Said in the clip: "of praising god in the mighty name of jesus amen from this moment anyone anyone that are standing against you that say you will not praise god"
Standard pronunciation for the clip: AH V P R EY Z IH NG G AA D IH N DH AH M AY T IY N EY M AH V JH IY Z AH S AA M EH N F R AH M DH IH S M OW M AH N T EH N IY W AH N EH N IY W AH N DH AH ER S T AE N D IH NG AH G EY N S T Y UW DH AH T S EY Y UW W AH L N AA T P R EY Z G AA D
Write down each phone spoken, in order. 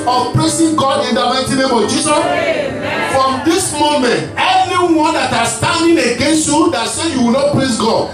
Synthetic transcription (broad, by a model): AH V P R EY S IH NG G AA D IH N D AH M AY T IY N EY M AH V JH IY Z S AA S F R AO M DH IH S M OW M AH N T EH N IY W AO N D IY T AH S T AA N D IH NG AH G EY N S T Y UW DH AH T S EY Y UW W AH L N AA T P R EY S G AA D